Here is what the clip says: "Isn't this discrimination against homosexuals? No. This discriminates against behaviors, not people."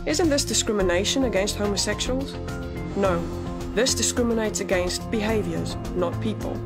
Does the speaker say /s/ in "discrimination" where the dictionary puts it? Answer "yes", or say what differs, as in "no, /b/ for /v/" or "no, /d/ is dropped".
yes